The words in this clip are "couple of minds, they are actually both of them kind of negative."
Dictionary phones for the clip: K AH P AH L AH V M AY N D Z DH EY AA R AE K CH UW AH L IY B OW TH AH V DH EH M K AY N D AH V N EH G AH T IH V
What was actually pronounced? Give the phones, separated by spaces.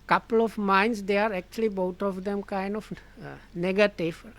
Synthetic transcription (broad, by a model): K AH P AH L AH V M AY N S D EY AA R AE K CH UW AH L IY B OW T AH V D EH M K AY N D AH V N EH G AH T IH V